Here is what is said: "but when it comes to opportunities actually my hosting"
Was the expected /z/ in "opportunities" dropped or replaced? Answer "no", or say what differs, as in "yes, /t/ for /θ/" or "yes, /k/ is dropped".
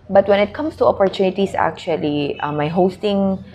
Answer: yes, /s/ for /z/